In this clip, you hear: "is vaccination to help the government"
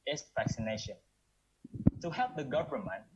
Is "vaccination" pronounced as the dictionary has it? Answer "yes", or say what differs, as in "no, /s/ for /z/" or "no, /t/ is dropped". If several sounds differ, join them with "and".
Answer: yes